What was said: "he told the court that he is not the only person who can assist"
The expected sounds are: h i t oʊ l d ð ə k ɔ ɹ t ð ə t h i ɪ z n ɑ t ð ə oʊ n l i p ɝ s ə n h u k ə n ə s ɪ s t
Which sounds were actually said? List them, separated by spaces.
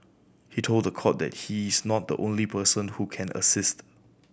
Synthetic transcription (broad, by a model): h i t oʊ l d ə k ɔ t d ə t h i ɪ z n ɑ t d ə oʊ n l i p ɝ s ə n h u k ə n ə s ɪ s t